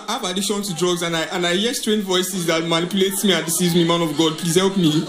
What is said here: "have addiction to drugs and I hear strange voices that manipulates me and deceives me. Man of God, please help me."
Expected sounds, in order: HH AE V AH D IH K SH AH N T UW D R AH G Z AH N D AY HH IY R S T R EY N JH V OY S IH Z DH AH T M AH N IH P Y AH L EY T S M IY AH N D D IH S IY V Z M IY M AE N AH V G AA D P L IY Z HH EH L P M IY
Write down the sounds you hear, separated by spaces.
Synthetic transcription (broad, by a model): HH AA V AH D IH SH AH N T UW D R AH G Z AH N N AY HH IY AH S T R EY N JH V OY S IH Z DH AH T M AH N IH P Y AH L EY T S M IY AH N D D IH S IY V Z M IY M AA N AH V G AA D P L IY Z HH EH L P M IY